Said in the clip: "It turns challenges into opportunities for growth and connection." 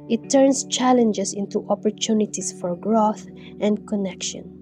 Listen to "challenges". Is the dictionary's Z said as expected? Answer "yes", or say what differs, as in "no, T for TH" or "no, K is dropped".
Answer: no, S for Z